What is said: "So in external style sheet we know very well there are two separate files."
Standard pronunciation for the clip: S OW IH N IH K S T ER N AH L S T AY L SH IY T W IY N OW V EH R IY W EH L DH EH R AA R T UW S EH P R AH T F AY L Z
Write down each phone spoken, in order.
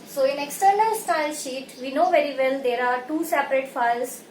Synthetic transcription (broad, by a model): S OW IH N IH K S T ER N AH L S T AY L SH IY T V IY N OW V EH R IY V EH L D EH R AA R T UW S EH P R AH T F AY L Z